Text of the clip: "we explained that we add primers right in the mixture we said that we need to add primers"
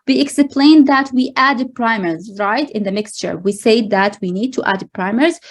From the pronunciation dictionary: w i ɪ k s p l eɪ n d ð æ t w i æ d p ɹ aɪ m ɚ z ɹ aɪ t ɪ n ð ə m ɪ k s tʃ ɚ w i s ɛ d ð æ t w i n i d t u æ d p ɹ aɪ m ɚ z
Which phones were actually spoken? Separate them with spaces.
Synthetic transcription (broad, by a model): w i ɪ k s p l eɪ n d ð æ t w i æ d p ɹ aɪ m ɚ z ɹ aɪ t ɪ n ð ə m ɪ k s tʃ ɚ w i s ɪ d ð æ t w i n i d t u æ d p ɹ aɪ m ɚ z